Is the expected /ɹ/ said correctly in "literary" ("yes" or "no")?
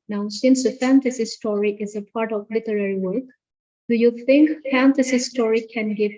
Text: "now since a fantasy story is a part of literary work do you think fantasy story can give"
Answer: yes